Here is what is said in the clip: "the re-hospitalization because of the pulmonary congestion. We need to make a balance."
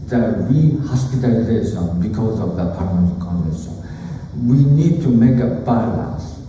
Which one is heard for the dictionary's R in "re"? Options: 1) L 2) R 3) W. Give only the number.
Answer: 3